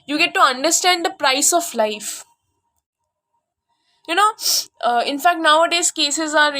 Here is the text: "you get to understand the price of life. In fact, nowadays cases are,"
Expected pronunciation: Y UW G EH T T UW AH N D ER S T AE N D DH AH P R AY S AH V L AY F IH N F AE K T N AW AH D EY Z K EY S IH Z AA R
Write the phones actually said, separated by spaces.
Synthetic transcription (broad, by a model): Y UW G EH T T UW AH N D ER S T AE N D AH P R AY S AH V L AY F IH N F AE K T N AW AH D EY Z K EY S IH Z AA R